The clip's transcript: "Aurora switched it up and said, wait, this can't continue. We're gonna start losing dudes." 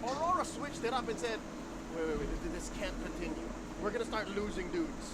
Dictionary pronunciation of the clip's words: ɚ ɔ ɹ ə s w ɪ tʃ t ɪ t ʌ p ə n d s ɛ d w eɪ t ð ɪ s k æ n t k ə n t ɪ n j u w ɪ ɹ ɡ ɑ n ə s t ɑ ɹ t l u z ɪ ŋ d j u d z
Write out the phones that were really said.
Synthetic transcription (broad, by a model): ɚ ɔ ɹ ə s w ɪ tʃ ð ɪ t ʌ b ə n s ɛ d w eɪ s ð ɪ s k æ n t k ə n t ɪ n j u w ɪ ɹ ɡ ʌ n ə s t ɑ ɹ t l u z ɪ ŋ d u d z